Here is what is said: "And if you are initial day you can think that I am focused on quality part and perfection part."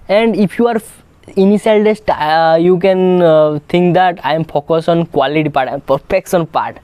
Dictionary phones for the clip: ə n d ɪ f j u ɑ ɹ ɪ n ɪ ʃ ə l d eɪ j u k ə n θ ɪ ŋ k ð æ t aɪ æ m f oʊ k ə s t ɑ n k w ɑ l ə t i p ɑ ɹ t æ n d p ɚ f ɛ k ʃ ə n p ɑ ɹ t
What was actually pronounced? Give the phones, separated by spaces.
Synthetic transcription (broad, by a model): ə n d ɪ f j u ɑ ɹ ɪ n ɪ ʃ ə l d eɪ j u k ə n t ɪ ŋ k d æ t aɪ m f oʊ k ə s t ɑ n k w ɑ l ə t i p ɑ ɹ t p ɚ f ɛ k s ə n p ɑ ɹ t